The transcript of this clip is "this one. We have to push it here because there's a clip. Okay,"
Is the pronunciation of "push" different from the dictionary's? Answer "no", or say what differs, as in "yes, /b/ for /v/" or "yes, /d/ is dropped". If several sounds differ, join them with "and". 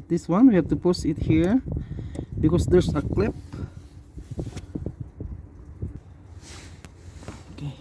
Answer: yes, /s/ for /ʃ/